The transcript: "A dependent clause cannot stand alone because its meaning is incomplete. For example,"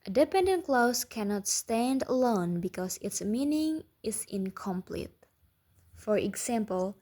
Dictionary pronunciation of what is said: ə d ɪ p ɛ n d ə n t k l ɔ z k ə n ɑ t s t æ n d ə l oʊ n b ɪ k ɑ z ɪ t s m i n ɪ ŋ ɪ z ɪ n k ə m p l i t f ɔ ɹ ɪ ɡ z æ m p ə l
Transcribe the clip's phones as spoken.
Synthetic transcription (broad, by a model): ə d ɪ p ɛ n d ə n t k l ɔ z k ə n ɑ t s t æ n d ə l oʊ n b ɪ k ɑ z ɪ t s m i n ɪ ŋ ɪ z ɪ n k ə m p l i t f ɔ ɹ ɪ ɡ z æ m p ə l